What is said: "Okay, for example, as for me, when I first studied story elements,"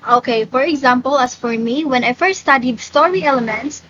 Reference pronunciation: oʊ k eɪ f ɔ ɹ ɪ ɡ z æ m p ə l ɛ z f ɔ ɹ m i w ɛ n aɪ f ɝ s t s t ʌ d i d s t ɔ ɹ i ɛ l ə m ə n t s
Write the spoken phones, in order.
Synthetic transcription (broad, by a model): oʊ k eɪ f ɔ ɹ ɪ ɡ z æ m p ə l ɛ s f ɔ ɹ m i w ɛ n aɪ f ɝ s t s t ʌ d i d s t ɔ ɹ i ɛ l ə m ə n t s